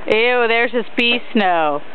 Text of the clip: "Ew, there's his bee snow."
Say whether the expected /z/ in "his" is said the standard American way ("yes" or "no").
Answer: no